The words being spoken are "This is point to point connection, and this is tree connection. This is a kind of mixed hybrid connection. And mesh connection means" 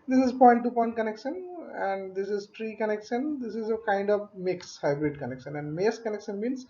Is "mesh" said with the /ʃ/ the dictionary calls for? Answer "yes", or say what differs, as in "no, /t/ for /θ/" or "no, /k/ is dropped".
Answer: no, /s/ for /ʃ/